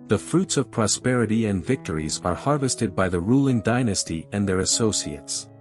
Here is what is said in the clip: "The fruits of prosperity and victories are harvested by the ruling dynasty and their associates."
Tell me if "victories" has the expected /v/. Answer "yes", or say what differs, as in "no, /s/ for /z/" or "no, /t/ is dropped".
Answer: yes